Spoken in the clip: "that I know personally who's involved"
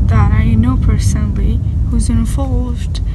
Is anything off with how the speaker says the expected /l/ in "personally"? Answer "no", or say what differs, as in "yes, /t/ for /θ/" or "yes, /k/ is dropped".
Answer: no